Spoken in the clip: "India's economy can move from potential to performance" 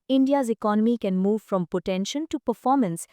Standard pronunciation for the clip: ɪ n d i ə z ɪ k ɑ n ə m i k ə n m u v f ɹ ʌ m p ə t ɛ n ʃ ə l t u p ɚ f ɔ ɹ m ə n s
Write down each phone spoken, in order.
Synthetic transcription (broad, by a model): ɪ n d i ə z ɪ k ɑ n ə m i k ə n m u v f ɹ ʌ m p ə t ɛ n ʃ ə n t u p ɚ f ɔ ɹ m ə n s